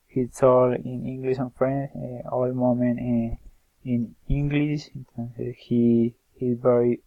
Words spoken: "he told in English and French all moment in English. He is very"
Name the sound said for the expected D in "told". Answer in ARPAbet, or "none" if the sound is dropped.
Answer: none